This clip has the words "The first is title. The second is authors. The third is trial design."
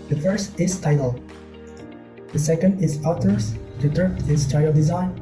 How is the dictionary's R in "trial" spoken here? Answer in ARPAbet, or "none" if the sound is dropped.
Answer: none